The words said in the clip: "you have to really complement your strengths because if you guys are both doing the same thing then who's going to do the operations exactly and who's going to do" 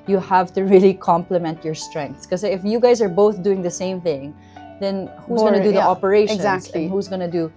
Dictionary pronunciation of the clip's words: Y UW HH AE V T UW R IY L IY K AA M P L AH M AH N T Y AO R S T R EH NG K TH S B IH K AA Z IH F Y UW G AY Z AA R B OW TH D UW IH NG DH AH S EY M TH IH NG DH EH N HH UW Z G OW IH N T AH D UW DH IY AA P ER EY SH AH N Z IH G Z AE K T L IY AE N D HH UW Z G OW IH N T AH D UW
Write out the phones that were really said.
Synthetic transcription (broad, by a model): Y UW HH AE V T UW R IY L IY K AA M P L AH M AH N T Y AO R S T R EH NG K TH S K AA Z IH F Y UW G AY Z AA R B OW TH D UW IH NG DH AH S EY M TH IH NG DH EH N HH UW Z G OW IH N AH D UW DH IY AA P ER EY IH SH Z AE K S HH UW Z G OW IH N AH D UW